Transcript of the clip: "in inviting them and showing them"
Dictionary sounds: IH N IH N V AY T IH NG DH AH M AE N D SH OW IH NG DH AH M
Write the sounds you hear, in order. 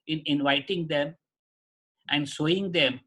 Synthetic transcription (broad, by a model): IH N IH N V AY T IH NG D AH M AE N D S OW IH NG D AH M